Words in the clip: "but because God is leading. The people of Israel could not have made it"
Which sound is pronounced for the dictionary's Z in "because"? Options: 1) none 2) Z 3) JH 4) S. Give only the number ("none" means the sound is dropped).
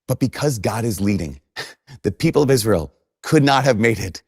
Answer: 2